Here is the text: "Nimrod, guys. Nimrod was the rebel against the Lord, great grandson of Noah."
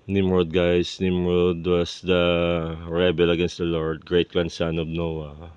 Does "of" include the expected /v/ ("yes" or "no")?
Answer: no